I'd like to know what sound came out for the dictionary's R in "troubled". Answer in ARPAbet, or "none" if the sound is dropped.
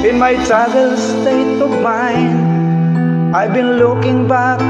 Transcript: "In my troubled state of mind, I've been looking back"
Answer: none